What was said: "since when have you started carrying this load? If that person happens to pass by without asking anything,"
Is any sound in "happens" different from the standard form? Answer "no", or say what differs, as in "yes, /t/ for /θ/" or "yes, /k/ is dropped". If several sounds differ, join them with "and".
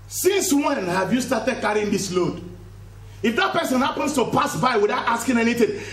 yes, /s/ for /z/